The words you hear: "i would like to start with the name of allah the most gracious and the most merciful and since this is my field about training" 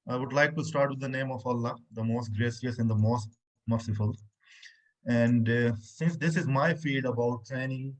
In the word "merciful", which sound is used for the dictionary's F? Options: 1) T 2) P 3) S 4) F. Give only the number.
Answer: 4